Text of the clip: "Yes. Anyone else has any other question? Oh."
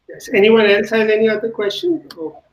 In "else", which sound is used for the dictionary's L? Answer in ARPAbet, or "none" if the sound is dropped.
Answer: N